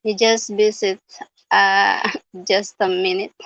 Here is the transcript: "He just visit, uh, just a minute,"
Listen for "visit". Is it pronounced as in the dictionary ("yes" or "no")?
no